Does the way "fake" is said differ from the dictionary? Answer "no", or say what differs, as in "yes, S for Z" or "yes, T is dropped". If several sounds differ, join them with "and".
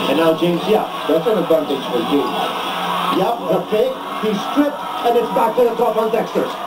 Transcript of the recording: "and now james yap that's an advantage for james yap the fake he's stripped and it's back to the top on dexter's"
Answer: yes, P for F